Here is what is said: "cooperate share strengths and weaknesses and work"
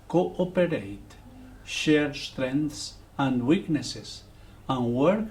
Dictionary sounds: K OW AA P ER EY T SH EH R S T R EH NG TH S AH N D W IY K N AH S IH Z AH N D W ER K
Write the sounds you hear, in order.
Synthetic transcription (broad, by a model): K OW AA P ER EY T SH EH R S T R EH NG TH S AH N D W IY K N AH S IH S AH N W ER K